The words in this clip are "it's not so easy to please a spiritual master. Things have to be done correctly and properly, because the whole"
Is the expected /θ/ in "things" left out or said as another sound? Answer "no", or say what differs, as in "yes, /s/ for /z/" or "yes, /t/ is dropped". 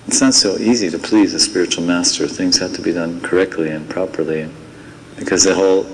no